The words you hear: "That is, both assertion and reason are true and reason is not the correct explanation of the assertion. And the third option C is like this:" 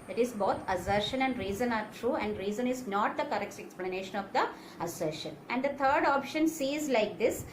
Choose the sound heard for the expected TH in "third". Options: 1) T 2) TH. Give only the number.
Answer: 1